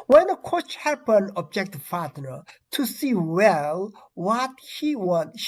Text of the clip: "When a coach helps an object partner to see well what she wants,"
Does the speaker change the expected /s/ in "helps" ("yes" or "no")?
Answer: yes